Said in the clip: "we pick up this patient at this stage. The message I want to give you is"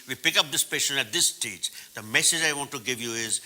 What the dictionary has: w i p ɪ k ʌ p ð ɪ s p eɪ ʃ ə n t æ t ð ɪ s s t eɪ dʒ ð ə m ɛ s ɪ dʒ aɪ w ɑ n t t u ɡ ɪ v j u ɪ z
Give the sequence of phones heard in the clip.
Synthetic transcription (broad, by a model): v i p ɪ k ʌ p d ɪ s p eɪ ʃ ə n æ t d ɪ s s t eɪ dʒ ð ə m ɛ s ɪ dʒ aɪ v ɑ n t t u ɡ ɪ v j u ɪ z